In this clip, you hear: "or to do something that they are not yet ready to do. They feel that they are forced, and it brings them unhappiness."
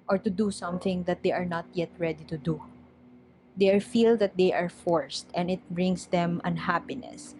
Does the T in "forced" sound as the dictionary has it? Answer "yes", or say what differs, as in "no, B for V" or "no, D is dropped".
yes